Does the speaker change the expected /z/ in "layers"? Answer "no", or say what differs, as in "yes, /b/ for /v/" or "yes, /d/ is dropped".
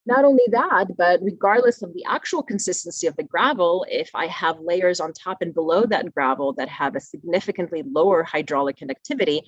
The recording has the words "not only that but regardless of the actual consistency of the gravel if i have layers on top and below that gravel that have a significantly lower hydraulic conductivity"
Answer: no